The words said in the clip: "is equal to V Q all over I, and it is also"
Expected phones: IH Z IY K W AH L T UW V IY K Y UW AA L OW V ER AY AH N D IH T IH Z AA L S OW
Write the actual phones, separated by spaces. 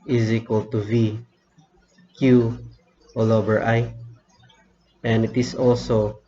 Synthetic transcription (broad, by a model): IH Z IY K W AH L T UW V IY K Y UW AA L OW B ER AY AH N D IH T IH S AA L S OW